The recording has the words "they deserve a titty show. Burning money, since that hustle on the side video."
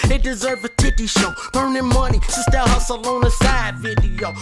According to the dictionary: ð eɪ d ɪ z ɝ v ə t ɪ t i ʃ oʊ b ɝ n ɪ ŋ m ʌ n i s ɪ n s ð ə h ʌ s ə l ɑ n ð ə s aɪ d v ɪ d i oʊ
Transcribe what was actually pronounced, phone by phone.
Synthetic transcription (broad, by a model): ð eɪ d ɪ z ɝ v ə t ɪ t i ʃ oʊ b ɝ n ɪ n m ʌ n i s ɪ s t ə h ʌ s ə l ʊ n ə s aɪ d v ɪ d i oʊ